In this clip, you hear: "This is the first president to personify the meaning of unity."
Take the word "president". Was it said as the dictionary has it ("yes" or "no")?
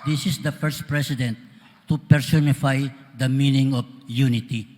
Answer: no